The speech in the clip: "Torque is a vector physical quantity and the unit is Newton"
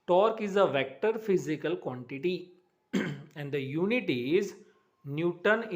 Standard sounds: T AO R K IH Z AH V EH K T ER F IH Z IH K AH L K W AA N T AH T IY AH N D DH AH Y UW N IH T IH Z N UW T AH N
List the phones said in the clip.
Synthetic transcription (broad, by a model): T AO R K IH Z AH V EH K T ER F IH Z IH K AH L K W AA N T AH T IY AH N D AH Y UW N IH T IH Z N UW T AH N